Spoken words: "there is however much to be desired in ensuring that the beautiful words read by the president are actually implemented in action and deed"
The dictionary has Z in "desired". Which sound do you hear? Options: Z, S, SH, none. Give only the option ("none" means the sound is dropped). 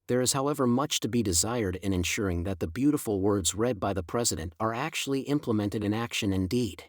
Z